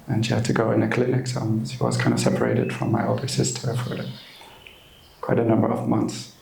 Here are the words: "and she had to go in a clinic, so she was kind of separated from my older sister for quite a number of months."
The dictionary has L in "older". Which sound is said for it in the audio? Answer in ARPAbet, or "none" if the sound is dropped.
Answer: L